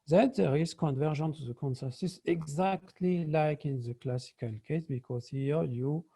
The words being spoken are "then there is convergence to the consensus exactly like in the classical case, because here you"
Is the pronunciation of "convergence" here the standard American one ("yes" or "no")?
no